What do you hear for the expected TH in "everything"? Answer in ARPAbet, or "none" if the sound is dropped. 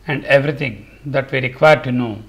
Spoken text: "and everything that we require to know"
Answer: T